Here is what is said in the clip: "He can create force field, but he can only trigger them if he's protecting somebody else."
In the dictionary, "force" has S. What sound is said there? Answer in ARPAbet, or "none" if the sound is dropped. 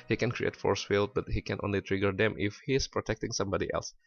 S